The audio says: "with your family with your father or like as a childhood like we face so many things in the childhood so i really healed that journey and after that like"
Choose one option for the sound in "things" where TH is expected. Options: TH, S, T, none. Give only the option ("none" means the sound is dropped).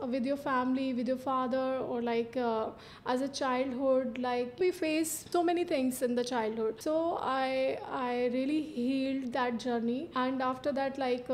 T